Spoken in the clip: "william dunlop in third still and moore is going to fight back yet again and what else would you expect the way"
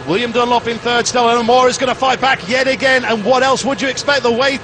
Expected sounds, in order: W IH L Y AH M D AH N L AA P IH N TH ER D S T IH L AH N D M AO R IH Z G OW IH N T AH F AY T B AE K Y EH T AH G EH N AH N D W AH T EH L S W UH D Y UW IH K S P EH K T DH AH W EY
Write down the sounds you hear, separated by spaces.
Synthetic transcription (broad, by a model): W IH L Y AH M D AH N L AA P IH N TH ER D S T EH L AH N M AO R IH Z G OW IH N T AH F AY T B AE K Y EH T AH G EH N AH N W AH T EH L S W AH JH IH K S P EH K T DH AH W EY